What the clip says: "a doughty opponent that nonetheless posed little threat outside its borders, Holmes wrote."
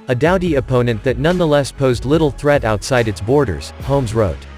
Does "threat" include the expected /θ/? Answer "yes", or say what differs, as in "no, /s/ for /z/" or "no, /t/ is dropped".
yes